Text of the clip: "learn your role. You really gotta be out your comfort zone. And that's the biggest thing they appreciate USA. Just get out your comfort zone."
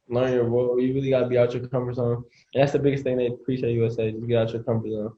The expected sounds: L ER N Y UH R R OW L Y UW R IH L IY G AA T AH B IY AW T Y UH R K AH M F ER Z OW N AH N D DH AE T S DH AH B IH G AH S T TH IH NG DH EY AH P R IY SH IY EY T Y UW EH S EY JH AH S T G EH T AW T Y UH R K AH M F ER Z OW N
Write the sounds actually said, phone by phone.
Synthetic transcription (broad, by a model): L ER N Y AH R W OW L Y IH R IH L IY G AA T AH B IY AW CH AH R K AH M F ER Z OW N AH N DH AE T S DH AH B IH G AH S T TH IH NG DH EY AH P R IY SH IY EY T Y UW EH S EY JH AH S G EH T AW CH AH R K AH M F ER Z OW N